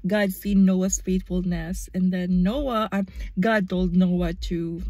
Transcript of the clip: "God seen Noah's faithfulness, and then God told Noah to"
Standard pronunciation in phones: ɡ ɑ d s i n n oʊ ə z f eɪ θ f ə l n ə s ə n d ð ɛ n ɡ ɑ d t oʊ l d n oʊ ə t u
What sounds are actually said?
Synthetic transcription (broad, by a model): ɡ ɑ d s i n n oʊ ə s f eɪ t f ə l n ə s ə n d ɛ n ɡ ɑ d t oʊ l d n oʊ ə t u